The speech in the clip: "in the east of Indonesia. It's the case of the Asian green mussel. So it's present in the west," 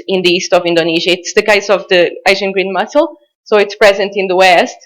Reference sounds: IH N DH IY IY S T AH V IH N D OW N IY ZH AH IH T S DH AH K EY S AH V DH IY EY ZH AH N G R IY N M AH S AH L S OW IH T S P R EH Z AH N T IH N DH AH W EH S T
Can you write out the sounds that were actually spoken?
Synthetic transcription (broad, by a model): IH N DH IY IY S T AH V IH N D OW N IY ZH AH IH T S DH AH K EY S AH V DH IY EY ZH AH N G R IY N M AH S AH L S OW IH T S P R EH Z AH N T IH N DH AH W EH S T